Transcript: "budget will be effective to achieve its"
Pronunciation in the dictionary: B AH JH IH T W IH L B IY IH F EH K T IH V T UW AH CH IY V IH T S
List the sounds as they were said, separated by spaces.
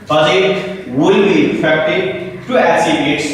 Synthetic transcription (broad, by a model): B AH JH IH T W IH L B IY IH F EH K T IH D T UW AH S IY B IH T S